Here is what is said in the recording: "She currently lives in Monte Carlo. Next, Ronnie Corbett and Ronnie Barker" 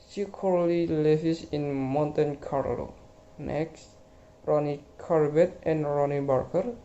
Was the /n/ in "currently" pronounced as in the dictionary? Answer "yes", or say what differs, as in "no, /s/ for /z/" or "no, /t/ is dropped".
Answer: no, /n/ is dropped